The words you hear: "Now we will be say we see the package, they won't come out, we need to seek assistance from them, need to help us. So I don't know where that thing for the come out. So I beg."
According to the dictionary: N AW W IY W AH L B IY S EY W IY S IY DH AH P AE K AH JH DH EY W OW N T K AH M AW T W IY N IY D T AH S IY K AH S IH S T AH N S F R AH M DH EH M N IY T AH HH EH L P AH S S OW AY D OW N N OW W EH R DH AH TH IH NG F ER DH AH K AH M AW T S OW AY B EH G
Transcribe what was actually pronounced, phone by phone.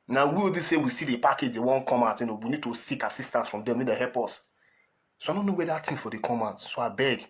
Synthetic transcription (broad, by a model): N AW W IY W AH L B IY S EY W IY S IY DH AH P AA K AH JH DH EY W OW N K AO M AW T W IY N IY D T AH S IY K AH S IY S T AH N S F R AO M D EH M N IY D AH HH EH L P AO S S OW AY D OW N N OW W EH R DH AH T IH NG F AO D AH K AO M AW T S OW AY B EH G